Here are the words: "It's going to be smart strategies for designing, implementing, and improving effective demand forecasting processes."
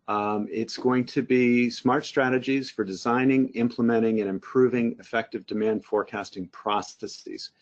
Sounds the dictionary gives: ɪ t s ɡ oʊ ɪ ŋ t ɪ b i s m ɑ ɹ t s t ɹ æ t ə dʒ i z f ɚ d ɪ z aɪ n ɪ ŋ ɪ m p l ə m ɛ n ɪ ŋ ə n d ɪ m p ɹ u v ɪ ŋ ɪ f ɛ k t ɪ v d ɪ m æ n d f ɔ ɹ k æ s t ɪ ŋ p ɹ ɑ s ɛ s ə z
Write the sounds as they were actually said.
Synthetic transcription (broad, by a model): ɪ t s ɡ oʊ ɪ ŋ t ɪ b i s m ɑ ɹ t s t ɹ æ t ə dʒ i z f ɚ d ɪ z aɪ n ɪ ŋ ɪ m p l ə m ɛ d ɪ ŋ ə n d ɪ m p ɹ u v ɪ ŋ ɪ f ɛ k t ɪ v d ɪ m æ n d f ɔ ɹ k æ s t ɪ ŋ p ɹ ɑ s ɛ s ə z